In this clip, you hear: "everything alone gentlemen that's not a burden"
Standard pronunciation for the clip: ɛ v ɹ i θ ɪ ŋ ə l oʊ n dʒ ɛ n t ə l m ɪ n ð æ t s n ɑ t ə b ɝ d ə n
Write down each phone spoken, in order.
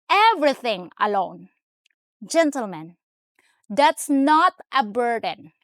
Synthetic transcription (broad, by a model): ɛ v ɹ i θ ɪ ŋ ə l oʊ n dʒ ɛ n t ə l m ɪ n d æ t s n ɑ t ə b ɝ d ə n